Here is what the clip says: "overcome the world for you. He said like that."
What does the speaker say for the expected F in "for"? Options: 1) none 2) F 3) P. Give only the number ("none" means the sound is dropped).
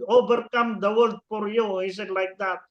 3